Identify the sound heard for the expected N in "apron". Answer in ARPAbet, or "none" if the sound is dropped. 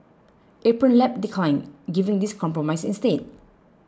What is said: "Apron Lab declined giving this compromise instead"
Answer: N